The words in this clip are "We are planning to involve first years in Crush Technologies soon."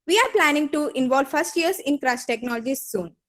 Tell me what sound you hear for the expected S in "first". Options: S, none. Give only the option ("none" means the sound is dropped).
S